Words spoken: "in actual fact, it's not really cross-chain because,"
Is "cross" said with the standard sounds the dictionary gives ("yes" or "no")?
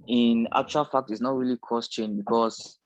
no